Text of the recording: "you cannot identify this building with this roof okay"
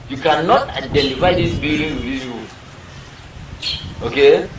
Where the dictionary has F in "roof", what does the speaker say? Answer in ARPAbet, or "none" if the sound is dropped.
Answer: none